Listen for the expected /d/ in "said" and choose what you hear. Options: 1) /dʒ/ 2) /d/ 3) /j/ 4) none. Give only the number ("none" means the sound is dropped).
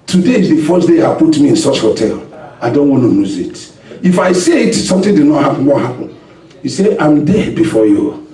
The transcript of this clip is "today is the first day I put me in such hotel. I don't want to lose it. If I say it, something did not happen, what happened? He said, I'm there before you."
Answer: 4